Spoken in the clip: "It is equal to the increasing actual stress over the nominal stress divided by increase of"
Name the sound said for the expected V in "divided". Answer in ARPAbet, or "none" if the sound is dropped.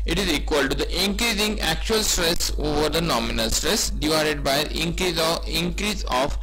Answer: V